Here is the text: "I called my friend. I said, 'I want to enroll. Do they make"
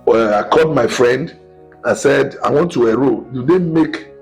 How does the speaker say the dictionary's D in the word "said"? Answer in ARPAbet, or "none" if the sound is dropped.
D